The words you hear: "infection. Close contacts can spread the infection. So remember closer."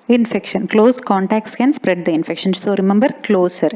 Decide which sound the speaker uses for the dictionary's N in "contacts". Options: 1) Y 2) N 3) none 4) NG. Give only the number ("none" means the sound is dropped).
2